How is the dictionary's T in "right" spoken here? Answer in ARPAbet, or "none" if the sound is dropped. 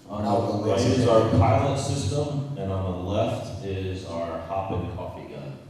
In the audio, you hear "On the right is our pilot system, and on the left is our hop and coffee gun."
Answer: none